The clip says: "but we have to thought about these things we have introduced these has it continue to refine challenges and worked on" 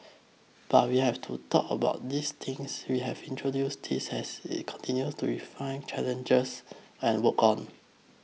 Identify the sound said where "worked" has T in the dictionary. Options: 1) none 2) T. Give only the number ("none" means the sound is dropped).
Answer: 1